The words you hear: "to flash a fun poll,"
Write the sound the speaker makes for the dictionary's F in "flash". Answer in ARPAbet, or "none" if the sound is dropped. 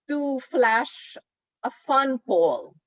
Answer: F